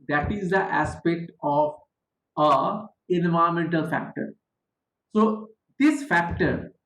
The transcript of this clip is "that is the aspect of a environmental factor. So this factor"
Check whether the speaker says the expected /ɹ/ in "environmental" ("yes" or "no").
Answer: no